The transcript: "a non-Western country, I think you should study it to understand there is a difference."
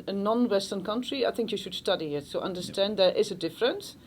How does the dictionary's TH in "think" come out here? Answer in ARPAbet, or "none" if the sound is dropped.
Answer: TH